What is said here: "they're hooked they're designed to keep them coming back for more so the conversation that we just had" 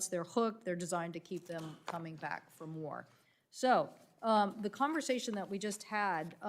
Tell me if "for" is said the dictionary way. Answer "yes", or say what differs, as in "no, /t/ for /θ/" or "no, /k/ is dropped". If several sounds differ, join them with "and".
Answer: yes